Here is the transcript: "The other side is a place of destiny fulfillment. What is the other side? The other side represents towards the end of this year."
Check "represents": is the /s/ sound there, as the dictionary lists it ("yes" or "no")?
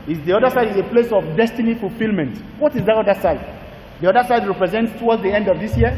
yes